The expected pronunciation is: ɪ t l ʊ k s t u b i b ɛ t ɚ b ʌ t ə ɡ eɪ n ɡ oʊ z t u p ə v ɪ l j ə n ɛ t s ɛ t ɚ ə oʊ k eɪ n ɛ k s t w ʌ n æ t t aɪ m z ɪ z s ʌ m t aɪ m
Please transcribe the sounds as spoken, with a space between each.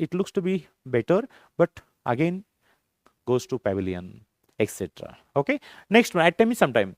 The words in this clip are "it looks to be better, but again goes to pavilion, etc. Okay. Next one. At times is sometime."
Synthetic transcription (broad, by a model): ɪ t l ʊ k s t u b i b ɛ t ɚ b ʌ t ə ɡ eɪ n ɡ oʊ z t u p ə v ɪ l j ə n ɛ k s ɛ t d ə oʊ k eɪ n ɛ k s t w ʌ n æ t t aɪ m ɪ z s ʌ m t aɪ m